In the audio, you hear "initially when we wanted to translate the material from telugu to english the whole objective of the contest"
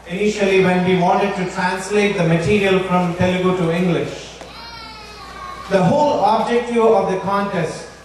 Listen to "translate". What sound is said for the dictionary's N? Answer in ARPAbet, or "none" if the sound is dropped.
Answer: N